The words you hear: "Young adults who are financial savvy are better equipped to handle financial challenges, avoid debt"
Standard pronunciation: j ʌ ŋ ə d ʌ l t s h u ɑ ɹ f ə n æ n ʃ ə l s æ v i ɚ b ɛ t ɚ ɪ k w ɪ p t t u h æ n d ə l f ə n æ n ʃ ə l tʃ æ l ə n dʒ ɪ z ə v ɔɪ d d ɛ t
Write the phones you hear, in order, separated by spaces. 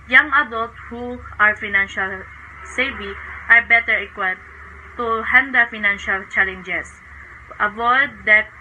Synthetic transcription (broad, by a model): j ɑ ŋ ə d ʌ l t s h u ɑ ɹ f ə n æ n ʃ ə l s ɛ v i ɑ b ɛ t ɚ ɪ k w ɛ t t u h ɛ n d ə f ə n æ n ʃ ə l tʃ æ l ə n dʒ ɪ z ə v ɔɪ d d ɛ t